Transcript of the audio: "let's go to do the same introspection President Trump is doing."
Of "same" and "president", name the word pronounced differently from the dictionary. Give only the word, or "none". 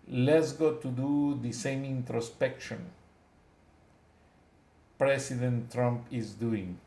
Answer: president